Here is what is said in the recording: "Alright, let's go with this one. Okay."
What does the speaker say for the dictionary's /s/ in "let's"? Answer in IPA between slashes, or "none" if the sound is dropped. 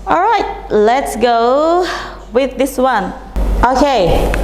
/s/